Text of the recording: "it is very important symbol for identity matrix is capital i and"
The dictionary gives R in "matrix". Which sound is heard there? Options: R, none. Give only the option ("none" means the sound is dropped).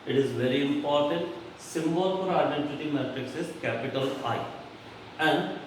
R